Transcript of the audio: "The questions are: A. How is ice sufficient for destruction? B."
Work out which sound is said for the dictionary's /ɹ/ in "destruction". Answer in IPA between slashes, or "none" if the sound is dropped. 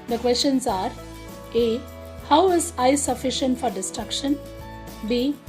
/ɹ/